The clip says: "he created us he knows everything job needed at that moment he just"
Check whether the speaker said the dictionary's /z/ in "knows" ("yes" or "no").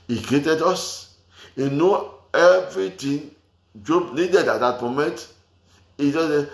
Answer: no